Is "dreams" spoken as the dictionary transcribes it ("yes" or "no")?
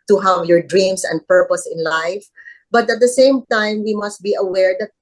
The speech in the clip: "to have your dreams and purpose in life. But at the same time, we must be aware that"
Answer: no